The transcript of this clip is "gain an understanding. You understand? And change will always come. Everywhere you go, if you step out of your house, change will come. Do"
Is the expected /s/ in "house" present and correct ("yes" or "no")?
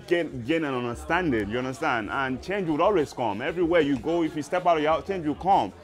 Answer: no